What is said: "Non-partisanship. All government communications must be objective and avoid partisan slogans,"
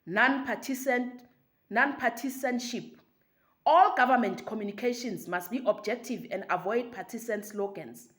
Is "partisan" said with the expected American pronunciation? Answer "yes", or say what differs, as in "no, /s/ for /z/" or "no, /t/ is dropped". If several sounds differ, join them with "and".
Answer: no, /s/ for /z/